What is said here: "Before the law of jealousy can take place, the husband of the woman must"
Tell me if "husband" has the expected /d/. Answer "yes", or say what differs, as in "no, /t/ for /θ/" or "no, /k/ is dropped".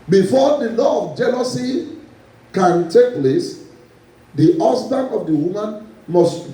no, /d/ is dropped